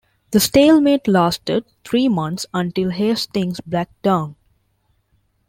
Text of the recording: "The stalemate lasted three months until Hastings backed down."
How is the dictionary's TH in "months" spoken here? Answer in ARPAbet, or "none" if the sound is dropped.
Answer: T